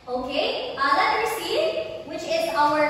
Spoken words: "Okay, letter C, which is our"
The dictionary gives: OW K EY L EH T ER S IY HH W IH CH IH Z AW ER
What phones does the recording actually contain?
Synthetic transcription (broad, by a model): OW K EY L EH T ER S IY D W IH CH IH Z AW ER